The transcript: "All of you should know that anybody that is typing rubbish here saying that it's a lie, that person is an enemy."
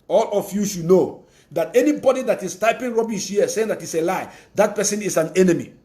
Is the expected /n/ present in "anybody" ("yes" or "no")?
yes